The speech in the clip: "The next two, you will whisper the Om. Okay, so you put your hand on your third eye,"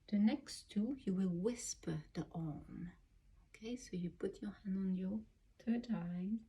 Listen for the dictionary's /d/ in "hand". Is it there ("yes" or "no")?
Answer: yes